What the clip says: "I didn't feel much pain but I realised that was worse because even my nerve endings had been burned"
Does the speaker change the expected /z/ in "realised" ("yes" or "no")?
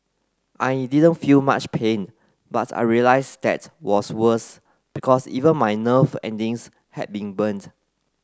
yes